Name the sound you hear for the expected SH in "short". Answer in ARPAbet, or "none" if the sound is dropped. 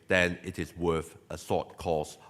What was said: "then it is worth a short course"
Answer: S